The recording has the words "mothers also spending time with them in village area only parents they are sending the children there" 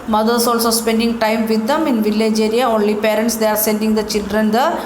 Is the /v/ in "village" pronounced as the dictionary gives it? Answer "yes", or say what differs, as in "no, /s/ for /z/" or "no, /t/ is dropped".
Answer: yes